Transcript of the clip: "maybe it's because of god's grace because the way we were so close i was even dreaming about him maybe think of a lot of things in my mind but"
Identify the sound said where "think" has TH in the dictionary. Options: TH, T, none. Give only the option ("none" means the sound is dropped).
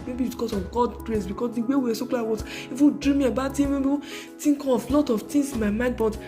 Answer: T